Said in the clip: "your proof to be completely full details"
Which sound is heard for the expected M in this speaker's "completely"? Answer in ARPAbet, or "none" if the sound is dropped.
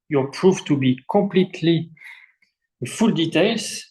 M